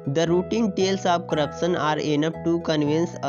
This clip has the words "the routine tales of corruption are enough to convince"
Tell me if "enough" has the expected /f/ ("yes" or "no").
no